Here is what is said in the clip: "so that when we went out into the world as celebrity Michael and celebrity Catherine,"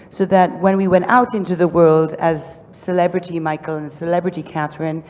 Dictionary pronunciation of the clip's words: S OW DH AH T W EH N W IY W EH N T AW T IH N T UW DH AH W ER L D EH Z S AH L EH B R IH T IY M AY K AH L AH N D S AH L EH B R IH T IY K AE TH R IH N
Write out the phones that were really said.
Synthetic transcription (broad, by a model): S OW DH AH T W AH N W IY W EH N T AW T IH N T UW DH AH W ER L D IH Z S AH L EH B R IH T IY M AY K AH L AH N S AH L EH B R IH T IY K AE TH R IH N